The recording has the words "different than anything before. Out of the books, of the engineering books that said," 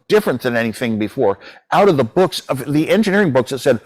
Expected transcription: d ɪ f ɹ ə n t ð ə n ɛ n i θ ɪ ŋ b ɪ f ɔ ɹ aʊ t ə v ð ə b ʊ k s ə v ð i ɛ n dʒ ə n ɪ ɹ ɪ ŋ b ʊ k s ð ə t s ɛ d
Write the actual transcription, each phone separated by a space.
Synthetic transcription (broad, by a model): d ɪ f ɹ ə n ð ə n ɛ n i θ ɪ ŋ b ɪ f ɔ ɹ aʊ t ə v ð ə b ʊ k s ə v ð i ɛ n dʒ ə n ɪ ɹ ɪ ŋ b ʊ k s ð ə t s ɛ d